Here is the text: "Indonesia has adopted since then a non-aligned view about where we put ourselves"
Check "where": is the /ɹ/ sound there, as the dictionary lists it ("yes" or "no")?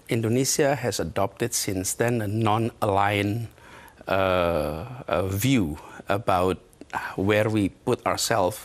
yes